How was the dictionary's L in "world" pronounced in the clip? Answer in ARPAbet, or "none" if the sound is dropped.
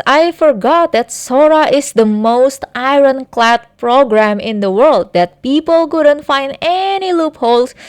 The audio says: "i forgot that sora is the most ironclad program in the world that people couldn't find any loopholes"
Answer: L